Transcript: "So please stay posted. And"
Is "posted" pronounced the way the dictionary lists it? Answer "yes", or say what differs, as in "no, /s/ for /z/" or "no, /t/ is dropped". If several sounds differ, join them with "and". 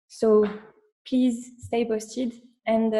no, /b/ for /p/